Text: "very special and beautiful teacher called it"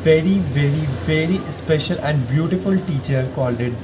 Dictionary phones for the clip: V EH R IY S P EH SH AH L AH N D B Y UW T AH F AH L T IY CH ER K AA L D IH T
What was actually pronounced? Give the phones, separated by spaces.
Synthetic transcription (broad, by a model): V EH R IY S P EH SH AH L AH N D B Y UW T AH F AH L T IY CH ER K AA L D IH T